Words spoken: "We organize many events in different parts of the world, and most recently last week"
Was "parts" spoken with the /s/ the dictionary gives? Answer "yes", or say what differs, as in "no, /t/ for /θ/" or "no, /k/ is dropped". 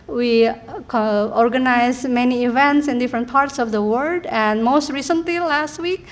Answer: yes